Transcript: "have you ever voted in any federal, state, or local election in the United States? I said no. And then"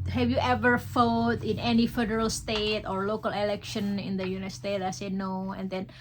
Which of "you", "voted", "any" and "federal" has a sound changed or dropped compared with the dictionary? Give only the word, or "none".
voted